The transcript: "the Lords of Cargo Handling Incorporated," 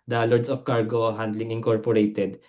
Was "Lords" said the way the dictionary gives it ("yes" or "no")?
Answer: no